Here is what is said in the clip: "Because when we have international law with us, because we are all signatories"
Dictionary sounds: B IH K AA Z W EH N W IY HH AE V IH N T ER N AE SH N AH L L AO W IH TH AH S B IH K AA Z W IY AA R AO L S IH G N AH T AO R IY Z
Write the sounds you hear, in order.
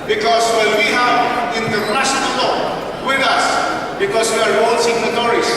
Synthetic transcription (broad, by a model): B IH K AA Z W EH L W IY HH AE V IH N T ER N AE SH AH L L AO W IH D AH S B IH K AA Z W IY AA R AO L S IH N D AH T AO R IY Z